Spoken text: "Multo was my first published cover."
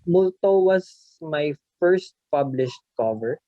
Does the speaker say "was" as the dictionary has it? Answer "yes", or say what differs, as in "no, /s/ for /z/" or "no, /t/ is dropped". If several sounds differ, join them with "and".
no, /s/ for /z/